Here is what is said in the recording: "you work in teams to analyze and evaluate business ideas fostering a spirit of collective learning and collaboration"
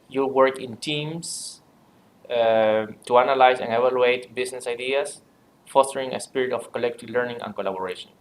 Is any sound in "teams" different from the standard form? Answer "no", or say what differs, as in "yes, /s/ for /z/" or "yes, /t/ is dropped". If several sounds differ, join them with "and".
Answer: yes, /s/ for /z/